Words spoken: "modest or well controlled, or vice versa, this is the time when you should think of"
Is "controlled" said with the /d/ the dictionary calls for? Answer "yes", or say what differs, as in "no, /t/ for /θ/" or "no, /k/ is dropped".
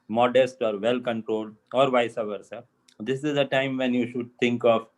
yes